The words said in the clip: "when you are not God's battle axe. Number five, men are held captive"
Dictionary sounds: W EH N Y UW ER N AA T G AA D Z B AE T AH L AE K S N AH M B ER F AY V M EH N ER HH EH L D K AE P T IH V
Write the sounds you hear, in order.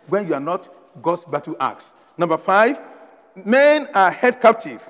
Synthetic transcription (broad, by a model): W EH N Y UW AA N AA T G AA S B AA T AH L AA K S N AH M B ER F AY V M EH N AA HH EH D K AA P T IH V